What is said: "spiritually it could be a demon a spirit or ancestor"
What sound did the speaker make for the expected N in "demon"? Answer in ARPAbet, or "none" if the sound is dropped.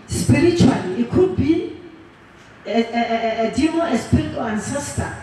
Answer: none